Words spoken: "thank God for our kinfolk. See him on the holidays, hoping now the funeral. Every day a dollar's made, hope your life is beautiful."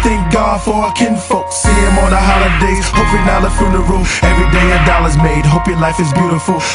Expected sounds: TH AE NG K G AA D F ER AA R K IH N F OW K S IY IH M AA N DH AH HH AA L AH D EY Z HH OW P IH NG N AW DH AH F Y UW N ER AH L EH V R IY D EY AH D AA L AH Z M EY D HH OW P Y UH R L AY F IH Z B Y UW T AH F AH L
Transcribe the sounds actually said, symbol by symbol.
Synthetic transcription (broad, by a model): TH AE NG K G AA D F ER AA K IH N F OW K S IY IH M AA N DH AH HH AA L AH D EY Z HH OW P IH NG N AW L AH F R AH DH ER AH EH V R IY D EY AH D AA L AH Z M EY D HH OW P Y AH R L AY F IH Z B Y UW T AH F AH L